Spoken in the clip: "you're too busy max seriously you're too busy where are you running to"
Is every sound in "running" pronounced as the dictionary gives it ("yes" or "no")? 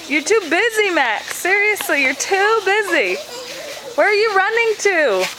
yes